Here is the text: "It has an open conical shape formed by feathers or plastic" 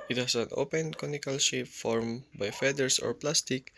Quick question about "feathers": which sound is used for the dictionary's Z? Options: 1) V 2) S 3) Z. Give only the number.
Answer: 2